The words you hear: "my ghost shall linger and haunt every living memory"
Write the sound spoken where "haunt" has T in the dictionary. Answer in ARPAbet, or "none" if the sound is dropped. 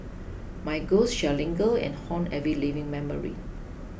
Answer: none